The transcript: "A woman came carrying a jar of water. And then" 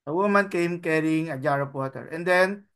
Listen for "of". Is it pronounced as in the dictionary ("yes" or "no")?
no